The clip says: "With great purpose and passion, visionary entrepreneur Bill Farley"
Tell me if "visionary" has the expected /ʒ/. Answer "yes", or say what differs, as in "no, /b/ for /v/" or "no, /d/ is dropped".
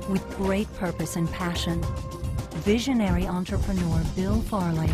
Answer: yes